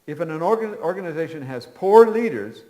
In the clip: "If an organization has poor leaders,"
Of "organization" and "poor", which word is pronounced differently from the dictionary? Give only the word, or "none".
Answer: none